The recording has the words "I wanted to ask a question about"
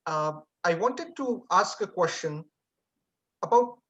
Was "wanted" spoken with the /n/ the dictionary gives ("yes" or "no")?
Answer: yes